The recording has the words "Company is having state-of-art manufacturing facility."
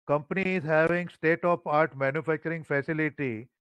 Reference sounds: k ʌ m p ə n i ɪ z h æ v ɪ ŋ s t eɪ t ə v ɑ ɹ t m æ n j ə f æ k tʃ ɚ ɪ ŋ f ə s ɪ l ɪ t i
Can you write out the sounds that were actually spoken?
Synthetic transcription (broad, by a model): k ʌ m p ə n i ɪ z h æ v ɪ ŋ s t eɪ t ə p ɑ ɹ t m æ n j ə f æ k tʃ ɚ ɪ ŋ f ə s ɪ l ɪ t i